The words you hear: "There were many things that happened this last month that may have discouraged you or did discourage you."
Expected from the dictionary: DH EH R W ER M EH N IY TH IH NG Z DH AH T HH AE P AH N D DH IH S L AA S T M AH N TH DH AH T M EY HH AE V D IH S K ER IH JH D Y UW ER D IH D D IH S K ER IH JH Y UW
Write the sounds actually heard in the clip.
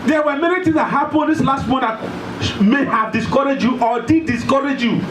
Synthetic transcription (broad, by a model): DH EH W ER M EH N IY T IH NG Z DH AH T HH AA P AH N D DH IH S L AA S T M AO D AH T M EY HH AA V D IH S K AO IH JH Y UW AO D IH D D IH S K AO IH JH Y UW